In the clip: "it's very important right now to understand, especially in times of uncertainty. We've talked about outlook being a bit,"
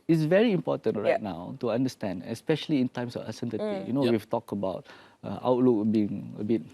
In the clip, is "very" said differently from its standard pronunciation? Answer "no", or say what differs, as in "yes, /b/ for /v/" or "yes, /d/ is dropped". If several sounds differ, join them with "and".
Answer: no